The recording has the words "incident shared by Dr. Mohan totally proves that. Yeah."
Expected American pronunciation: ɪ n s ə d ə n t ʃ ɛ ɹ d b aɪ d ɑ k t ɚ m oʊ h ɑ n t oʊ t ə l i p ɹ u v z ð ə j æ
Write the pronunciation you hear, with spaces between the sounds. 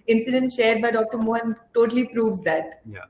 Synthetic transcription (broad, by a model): ɪ n s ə d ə n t ʃ ɛ ɹ d b aɪ d ɑ k t ɚ m oʊ h ɑ n t oʊ t ə l i p ɹ u v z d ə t